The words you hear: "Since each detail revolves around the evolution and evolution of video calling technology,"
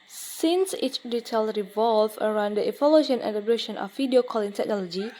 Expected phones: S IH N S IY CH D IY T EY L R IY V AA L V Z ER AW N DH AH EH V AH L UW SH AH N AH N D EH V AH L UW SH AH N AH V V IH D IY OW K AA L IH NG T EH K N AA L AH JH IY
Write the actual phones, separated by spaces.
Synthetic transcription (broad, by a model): S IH N S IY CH D IY T EY L R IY V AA L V ER AW N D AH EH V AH L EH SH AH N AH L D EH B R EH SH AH N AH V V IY D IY OW K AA L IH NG T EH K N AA L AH JH IY